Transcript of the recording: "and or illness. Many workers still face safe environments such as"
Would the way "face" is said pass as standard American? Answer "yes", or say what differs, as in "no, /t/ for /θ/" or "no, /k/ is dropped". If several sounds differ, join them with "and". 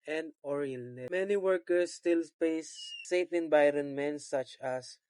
no, /p/ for /f/